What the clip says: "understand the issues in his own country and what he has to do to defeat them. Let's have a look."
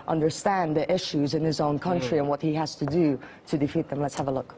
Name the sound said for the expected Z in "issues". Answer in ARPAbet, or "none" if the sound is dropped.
Z